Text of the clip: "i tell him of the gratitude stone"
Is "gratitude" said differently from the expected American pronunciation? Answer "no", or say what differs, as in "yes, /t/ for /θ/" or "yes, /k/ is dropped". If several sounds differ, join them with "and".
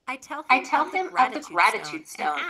no